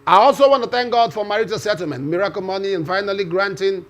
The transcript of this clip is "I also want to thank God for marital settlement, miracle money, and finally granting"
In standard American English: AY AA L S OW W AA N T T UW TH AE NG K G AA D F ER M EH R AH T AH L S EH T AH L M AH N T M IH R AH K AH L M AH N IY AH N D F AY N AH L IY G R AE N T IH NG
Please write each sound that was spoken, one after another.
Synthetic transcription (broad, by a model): AY AA L S OW W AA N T T UW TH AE NG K G AA D F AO M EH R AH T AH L S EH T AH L M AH N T M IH R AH K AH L M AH N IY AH N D F AY N AH L IY G R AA N T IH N